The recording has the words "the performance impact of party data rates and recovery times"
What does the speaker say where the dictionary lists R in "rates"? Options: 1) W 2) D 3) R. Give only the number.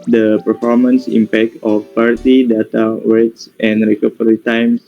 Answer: 1